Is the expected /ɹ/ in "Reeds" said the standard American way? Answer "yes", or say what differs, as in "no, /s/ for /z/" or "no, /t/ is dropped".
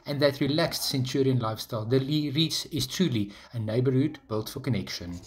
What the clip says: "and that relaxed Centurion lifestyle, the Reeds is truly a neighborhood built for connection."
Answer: no, /l/ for /ɹ/